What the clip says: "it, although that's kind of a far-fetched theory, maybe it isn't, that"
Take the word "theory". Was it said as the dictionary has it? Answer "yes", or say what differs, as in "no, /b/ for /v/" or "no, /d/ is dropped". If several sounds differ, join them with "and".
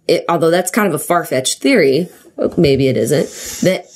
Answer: yes